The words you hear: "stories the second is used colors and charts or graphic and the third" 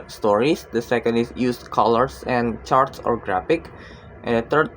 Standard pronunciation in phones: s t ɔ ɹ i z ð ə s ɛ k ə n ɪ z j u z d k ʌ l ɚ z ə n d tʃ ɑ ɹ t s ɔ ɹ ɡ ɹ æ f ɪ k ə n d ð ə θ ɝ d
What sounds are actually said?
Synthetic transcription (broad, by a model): s t ɔ ɹ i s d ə s ɛ k ə n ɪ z j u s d k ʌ l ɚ s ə n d tʃ ɑ ɹ t s ɔ ɹ ɡ ɹ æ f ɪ k ə n d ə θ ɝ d